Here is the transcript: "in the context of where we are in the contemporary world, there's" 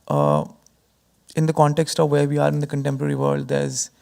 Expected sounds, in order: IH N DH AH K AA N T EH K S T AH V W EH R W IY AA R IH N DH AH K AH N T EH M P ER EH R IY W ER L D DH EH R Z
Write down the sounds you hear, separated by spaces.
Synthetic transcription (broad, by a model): IH N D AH K AA N T EH K S T AH V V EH R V IY AA R IH N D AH K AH N T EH M P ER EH R IY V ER L D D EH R Z